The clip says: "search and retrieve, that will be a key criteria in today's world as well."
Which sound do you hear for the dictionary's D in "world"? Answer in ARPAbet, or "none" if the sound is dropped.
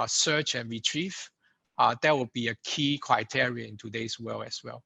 none